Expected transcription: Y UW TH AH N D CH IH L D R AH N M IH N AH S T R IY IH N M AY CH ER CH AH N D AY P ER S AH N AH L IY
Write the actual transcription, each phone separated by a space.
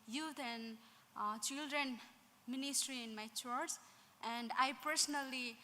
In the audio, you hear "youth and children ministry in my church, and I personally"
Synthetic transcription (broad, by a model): Y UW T AH N D CH IH L D R AH N M IH N AH S T R IY IH N M AY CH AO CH AH N D AY P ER S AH N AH L IY